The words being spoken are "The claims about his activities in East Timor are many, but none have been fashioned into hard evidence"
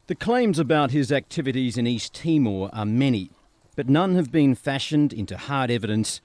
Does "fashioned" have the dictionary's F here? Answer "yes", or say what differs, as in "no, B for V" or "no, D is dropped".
yes